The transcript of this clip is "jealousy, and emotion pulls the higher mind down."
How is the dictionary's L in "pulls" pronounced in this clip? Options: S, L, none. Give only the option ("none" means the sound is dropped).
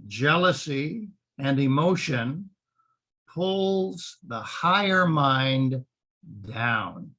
L